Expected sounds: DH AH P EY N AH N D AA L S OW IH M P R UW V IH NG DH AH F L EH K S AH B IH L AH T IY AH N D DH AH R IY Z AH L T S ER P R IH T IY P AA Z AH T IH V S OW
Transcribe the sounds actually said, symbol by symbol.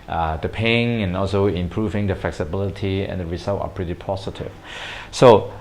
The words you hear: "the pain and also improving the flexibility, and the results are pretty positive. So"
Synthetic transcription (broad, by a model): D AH P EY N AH N AA L S OW IH M P R UW V IH NG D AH F L EH K S AH B IH L AH T IY AH N D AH R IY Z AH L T ER P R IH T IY P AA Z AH T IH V S OW